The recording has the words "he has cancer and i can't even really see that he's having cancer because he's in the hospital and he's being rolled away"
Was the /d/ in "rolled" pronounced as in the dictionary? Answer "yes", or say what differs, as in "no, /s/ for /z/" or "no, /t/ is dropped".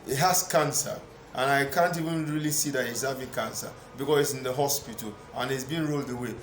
yes